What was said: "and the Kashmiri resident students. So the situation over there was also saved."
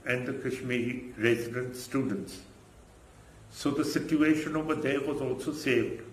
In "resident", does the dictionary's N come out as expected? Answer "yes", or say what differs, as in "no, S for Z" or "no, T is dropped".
yes